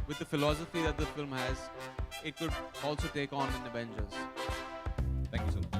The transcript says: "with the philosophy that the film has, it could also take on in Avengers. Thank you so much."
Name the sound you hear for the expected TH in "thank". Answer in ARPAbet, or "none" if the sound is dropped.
T